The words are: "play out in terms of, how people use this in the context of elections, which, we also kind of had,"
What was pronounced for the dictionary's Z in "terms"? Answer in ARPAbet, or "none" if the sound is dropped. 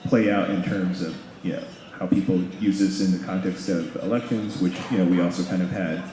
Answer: Z